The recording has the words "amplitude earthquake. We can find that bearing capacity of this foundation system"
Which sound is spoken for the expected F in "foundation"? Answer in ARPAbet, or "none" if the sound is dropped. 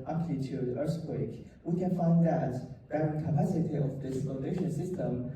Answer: P